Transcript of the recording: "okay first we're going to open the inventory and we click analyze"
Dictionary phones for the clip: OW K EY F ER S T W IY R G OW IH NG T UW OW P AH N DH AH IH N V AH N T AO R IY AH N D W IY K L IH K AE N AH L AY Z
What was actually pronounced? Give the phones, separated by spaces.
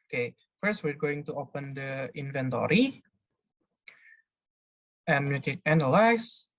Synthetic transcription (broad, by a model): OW K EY F ER S T W IY R G OW IH NG T UW OW P AH N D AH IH N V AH N T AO R IY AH N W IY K IH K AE N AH L AY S